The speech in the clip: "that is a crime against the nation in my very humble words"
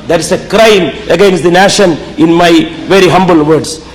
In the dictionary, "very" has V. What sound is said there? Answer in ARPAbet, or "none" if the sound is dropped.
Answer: V